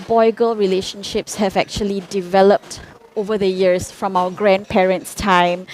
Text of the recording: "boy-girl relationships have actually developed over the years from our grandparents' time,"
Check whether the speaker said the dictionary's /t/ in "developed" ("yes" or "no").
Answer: yes